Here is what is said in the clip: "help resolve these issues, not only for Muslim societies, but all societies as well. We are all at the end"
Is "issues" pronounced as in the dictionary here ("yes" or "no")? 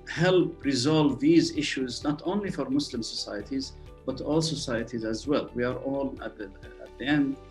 yes